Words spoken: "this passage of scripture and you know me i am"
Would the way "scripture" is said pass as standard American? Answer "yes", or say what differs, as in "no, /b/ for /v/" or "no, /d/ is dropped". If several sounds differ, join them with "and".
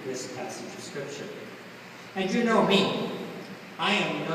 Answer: no, /ʃ/ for /tʃ/